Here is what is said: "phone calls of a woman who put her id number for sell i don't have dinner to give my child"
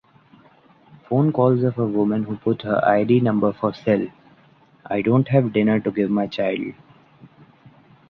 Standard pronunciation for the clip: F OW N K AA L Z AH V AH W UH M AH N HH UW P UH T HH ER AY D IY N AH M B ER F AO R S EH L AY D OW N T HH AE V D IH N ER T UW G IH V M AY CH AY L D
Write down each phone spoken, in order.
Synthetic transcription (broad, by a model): F OW N K AA L Z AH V AH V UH M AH N HH UW P UH T HH ER AY D IY N AH M B ER F AO R S EH L AY D OW N T HH AE V D IH N ER T UW G IH V M AY CH AY L D